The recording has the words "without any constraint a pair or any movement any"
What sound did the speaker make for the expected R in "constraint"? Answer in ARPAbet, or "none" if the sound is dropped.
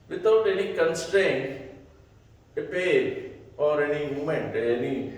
R